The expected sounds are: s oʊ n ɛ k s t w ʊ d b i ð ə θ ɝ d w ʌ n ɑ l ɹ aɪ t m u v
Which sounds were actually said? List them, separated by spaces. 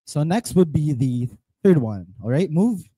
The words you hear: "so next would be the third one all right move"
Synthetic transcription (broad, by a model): s oʊ n ɛ k s t w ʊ d b i ð ə θ ɝ d w ʌ n ɑ l ɹ aɪ t m u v